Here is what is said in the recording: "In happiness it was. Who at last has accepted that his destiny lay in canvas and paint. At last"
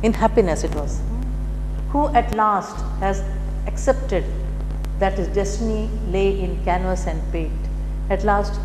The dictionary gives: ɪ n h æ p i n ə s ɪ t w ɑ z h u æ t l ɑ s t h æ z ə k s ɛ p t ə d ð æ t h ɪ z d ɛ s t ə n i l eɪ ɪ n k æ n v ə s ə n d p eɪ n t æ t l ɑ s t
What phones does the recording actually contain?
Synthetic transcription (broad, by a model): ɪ n h æ p i n ə s ɪ t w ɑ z h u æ t l ɑ s t h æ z ə k s ɛ p t ə d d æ t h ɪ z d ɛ s t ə n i l eɪ ɪ n k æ n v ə s ə n d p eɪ t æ t l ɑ s t